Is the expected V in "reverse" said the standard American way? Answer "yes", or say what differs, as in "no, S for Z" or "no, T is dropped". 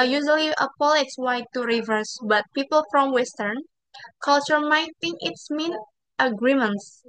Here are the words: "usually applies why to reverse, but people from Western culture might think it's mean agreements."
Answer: yes